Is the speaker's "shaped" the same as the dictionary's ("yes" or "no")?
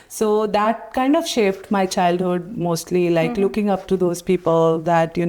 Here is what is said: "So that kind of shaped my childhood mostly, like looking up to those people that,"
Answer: no